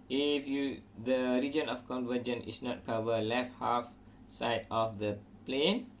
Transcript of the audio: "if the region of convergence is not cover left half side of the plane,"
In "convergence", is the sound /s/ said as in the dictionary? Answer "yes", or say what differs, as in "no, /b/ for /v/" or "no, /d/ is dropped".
no, /s/ is dropped